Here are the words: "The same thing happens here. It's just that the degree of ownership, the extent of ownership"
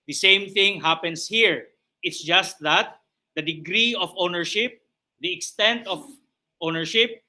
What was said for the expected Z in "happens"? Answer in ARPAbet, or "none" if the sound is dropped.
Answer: S